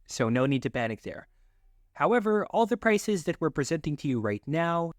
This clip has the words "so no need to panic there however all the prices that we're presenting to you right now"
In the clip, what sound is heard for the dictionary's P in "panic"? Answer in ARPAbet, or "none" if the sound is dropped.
B